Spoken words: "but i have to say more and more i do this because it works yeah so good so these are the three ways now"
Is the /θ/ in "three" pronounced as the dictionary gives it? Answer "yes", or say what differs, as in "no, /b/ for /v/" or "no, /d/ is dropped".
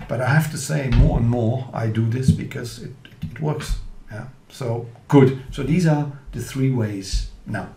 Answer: yes